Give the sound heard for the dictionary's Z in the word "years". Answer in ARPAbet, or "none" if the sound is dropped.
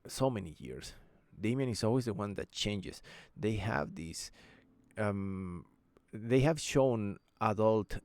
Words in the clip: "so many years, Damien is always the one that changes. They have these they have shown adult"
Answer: S